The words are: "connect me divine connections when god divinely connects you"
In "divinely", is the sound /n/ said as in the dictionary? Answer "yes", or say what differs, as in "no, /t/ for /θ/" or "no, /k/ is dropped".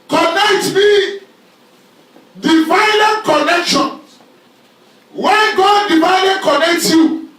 no, /n/ is dropped